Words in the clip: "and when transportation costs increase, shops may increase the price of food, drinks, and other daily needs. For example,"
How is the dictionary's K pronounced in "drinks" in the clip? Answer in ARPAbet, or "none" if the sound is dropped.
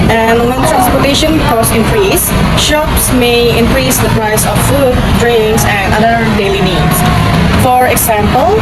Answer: none